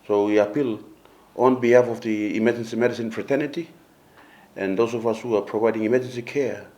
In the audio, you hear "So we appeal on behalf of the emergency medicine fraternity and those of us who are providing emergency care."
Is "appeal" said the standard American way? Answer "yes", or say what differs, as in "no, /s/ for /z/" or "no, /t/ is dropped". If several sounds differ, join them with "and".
yes